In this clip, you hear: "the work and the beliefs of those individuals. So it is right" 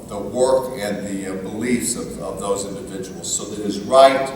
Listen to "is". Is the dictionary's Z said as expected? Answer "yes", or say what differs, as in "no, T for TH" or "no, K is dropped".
yes